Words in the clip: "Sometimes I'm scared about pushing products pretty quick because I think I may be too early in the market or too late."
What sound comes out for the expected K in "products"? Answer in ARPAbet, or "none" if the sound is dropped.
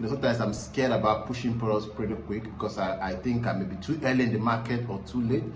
none